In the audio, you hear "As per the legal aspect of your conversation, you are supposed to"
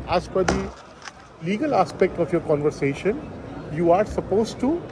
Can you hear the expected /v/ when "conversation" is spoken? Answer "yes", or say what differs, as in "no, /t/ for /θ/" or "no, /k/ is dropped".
yes